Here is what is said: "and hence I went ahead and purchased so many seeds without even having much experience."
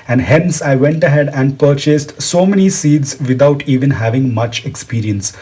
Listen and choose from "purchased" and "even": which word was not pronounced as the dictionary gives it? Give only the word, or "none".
none